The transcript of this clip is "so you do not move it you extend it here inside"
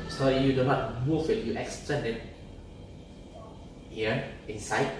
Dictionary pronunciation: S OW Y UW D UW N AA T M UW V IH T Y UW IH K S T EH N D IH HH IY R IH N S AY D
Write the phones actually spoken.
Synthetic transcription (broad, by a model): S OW Y UW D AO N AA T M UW F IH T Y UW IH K S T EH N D IH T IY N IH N S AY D